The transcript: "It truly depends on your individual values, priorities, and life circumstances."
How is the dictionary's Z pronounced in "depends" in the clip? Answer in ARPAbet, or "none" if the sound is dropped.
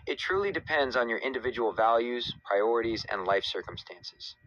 Z